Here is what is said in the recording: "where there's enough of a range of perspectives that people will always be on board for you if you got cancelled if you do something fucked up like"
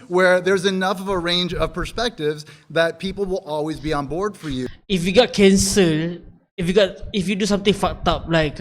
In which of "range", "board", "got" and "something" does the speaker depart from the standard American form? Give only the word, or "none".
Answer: something